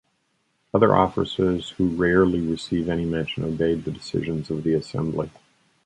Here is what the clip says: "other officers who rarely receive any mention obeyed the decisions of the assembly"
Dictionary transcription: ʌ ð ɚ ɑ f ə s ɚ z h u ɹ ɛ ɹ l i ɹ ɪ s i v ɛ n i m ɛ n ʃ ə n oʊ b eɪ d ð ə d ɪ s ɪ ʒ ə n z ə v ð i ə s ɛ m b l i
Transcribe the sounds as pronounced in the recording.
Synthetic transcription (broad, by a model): ʌ ð ɚ ɑ f ə s ɚ z h u ɹ ɛ ɹ l i ɹ ɪ s i v ɛ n i m ɛ n ʃ ə n oʊ b eɪ d ð ə d ɪ s ɪ ʒ ə n z ə v ð i ə s ɛ m b l i